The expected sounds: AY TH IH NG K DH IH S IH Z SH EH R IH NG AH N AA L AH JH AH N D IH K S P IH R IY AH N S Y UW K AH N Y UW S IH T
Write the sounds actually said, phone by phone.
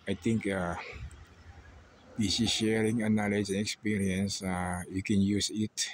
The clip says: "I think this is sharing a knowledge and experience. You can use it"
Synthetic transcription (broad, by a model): AY T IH NG K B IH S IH SH EH R IH NG AH N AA L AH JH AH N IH K S P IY R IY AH N S Y UW K AH N Y UW S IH T